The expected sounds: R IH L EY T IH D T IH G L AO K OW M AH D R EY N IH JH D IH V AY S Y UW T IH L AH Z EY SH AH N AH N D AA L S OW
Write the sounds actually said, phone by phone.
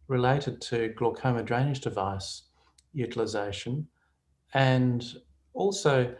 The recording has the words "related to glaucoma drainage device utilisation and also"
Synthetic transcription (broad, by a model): R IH L EY T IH D T IH G L AO K OW M AH D R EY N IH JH D IH V AY S Y UW T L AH Z EY SH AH N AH N AA L S OW